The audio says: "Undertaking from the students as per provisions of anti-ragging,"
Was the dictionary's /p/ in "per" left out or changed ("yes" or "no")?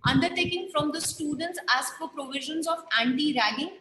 yes